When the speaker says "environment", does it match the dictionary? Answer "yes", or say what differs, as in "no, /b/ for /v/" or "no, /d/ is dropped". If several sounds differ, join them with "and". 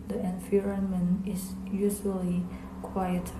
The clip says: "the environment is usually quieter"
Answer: no, /t/ is dropped